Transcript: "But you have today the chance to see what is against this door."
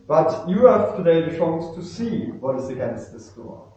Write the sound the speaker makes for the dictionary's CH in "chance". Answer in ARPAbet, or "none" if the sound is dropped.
SH